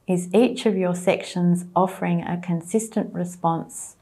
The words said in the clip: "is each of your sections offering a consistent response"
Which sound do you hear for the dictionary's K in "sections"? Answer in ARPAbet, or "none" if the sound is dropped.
K